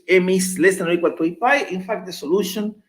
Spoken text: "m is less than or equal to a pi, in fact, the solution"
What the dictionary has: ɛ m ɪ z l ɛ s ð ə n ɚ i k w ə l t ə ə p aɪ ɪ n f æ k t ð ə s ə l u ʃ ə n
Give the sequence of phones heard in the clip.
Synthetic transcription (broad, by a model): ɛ m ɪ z l ɛ s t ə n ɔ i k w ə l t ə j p aɪ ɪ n f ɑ k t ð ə s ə l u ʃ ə n